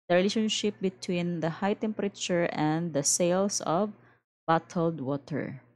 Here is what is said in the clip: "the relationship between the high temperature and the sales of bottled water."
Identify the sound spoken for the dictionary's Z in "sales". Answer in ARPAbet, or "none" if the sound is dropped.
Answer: S